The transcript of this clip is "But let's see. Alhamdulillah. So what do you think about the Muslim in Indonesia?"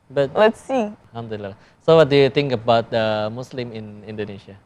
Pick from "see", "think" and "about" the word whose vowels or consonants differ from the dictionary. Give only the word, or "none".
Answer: think